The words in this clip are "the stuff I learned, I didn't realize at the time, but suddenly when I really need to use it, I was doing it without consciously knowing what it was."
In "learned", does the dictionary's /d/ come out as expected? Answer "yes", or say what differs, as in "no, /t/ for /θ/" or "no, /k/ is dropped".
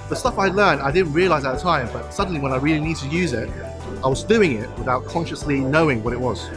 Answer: yes